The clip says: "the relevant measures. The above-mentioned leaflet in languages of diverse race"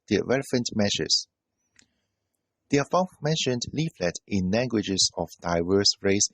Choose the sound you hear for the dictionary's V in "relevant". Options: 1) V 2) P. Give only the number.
2